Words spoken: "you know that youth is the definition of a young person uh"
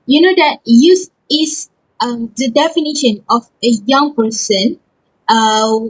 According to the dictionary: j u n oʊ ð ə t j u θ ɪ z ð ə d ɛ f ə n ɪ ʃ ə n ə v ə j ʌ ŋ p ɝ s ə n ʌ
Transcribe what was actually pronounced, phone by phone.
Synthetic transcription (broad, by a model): j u n oʊ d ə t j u s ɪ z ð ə d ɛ f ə n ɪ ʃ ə n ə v ə j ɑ ŋ p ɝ s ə n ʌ